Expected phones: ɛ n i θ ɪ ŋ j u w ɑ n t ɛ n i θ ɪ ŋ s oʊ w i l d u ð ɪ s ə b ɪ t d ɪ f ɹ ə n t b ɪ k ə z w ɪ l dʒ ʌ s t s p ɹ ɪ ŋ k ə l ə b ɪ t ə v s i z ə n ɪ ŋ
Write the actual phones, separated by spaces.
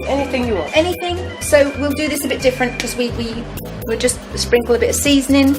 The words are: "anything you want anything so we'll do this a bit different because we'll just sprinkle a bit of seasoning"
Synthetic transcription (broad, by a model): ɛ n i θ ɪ ŋ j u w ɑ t ɛ n i θ ɪ ŋ s oʊ w i l d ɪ ð ɪ s ə b ɪ t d ɪ f ɹ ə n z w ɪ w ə w ɪ l dʒ ʌ s t s p ɹ ɪ ŋ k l ə b ɪ t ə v s i z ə n ɪ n